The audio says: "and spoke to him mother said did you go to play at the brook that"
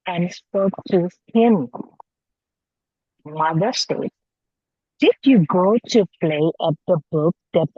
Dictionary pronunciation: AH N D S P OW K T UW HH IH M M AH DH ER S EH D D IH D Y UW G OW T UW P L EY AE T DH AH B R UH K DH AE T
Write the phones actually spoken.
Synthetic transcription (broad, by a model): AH N D S P OW K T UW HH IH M M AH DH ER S EH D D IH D Y UW G OW T UW P L EY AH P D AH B UH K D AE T